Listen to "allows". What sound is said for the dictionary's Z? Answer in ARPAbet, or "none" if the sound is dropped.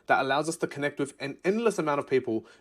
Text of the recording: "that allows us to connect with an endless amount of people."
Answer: Z